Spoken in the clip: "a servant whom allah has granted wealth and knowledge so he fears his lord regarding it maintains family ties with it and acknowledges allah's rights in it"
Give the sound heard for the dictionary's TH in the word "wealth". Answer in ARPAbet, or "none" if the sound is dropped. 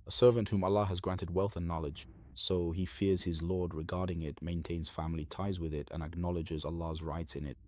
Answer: TH